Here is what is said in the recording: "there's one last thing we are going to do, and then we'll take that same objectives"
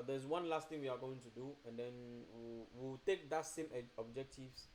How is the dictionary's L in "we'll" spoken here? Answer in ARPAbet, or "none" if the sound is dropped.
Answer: W